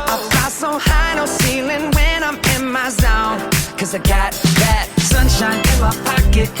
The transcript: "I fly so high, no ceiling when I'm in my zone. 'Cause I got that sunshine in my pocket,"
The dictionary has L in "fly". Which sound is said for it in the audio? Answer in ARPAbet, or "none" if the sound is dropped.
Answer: none